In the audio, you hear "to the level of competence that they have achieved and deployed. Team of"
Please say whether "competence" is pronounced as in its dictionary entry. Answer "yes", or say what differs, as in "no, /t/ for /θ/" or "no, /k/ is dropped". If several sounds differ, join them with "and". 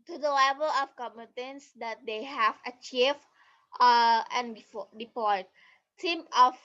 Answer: no, /p/ is dropped